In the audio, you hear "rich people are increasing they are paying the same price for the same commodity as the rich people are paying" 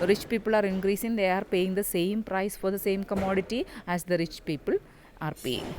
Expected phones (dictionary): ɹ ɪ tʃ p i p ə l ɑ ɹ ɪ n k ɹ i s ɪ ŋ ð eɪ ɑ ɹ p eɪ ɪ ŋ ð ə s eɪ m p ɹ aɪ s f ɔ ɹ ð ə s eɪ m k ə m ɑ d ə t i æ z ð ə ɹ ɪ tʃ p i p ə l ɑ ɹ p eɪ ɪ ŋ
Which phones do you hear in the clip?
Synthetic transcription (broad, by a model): ɹ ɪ tʃ p i p ə l ɑ ɹ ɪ n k ɹ i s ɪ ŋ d eɪ ɑ ɹ p eɪ ɪ ŋ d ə s eɪ m p ɹ aɪ s f ɔ ɹ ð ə s eɪ m k ə m ɑ d ə t i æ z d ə ɹ ɪ tʃ p i p ə l ɑ ɹ p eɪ